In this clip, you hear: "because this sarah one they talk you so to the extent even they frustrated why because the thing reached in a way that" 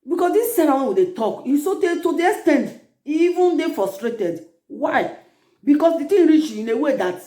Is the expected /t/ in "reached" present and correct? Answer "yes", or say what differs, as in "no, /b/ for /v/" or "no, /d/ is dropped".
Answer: no, /t/ is dropped